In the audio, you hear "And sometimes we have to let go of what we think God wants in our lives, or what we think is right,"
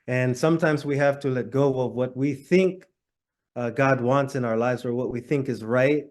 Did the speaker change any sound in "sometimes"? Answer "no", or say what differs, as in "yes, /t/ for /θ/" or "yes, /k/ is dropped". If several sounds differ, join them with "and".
no